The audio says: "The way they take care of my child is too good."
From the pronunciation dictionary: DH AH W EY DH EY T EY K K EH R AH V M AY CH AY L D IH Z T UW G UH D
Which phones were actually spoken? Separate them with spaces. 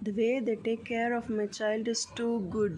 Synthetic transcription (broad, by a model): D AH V EY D EY T EY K K EH R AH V M AY CH AY L D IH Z T UW G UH D